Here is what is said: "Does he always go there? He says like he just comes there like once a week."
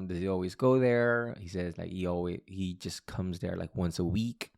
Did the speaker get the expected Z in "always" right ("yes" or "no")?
yes